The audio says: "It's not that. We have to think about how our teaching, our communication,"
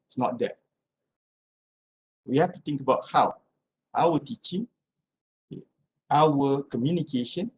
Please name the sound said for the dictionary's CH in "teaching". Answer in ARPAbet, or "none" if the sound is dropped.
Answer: CH